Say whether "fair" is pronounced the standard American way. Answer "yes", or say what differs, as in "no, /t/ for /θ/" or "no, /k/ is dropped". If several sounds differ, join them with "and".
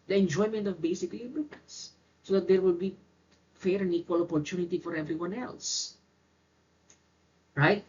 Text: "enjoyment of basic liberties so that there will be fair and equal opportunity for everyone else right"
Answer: yes